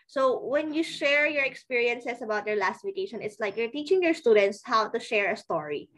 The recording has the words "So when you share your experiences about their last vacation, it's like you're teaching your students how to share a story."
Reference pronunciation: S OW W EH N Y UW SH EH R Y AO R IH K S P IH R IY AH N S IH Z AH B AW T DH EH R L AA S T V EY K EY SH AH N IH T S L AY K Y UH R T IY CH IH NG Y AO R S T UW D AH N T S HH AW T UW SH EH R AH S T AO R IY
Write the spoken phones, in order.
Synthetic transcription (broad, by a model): S OW W EH N Y UW SH EH R Y AO R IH K S P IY R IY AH N S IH S AH B AW T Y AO R L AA S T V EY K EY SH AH N IH T S L AY K Y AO R T IY CH IH NG Y AO R S T UW D AH N T S HH AW T UW SH EH R AH S T AO R IY